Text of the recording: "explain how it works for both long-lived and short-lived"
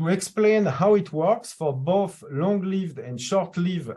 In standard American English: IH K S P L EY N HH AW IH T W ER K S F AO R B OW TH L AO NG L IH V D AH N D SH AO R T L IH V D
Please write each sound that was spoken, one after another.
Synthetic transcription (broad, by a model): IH K S P L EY N HH AW IH T W ER K S F AO R B OW TH L AO NG L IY V D AH N D SH AO R T L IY V